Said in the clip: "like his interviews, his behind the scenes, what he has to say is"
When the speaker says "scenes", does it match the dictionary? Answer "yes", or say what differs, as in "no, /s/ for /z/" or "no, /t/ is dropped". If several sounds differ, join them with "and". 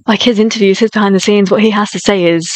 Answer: yes